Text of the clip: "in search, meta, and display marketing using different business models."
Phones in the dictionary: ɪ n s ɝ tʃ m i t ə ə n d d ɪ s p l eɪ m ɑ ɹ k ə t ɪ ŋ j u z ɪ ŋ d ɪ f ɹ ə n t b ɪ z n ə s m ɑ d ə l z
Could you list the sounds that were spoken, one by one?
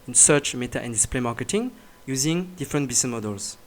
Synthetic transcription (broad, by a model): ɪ n s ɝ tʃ m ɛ t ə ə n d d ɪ s p l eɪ m ɑ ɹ k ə t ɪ ŋ j u z ɪ ŋ d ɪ f ɹ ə n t b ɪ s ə m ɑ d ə l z